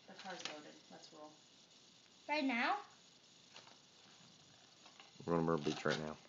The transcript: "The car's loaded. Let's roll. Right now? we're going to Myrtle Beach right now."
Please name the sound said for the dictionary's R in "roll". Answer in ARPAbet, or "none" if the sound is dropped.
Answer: W